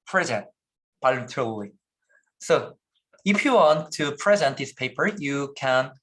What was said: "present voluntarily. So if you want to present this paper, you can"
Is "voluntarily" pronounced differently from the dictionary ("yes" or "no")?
yes